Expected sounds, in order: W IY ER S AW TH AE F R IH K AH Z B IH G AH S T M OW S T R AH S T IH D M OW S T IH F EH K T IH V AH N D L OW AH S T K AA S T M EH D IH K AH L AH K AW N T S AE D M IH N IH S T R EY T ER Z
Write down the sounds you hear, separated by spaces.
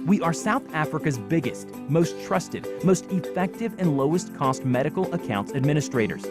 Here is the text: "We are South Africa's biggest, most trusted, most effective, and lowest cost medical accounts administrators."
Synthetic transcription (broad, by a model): W IY ER S AW TH AE F R IH K AH Z B IH G AH S T M OW S T R AH S T IH D M OW S T IH F EH K T IH V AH N L OW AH S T K AA S T M EH D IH K L AH K AW N T S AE D M IH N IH S T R EY T ER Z